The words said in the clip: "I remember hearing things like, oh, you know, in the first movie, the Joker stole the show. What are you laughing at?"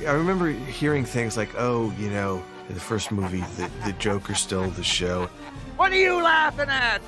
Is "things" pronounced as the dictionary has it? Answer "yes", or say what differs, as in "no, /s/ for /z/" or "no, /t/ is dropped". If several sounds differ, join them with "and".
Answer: yes